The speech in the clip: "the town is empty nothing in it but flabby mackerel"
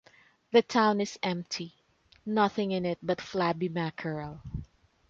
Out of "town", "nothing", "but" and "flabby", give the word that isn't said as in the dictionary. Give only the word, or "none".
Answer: none